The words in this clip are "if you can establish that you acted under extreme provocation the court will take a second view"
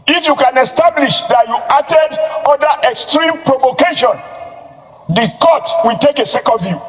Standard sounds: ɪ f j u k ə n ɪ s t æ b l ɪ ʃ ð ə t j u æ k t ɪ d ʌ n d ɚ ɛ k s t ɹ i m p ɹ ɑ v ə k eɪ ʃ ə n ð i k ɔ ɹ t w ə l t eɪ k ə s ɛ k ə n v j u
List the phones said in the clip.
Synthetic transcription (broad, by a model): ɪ f j u k ə n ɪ s t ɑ b l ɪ ʃ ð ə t j u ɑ t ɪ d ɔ d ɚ ɛ k s t ɹ i m p ɹ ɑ v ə k eɪ ʃ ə n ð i k ɔ t w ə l t eɪ k ə s ɛ k ə n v j u